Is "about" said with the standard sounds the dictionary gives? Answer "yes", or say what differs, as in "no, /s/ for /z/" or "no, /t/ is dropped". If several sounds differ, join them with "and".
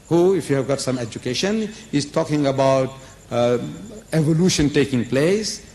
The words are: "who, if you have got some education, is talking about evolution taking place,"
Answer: yes